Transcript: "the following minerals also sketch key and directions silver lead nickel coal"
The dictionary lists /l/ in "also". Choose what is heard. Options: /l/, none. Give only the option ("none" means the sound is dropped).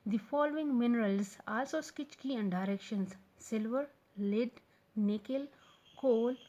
/l/